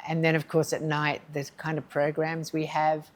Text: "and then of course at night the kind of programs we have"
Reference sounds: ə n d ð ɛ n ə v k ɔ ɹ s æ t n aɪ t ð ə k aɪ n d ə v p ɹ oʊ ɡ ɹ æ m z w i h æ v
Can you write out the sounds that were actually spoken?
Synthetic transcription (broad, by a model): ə n ð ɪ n ə v k ɔ ɹ s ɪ t n aɪ t ð ə k aɪ n d ə v p ɹ oʊ ɡ ɹ æ m z w i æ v